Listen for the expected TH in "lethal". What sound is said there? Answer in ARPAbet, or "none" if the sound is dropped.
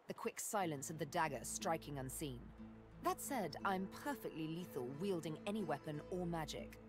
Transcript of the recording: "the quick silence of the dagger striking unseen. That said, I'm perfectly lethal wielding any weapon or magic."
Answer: TH